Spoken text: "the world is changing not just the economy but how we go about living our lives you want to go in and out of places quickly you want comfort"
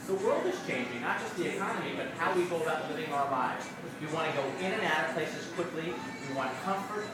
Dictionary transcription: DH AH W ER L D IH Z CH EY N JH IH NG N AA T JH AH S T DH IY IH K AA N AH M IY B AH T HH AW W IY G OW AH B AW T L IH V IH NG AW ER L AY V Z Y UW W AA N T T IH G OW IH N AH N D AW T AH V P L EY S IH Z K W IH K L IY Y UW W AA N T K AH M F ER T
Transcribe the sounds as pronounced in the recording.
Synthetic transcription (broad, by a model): DH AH W ER L D IH Z CH EY N JH IH NG N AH T JH AH S T DH IY IH K AA N AH M IY B AH T HH AW W IY G OW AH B AW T L IH V IH NG AW ER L AY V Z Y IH W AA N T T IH G OW IH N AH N AW T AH P L EY S IH Z K W IH K L IY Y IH W AA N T K AH M F ER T